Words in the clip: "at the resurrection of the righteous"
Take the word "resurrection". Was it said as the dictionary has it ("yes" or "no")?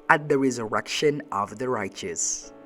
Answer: yes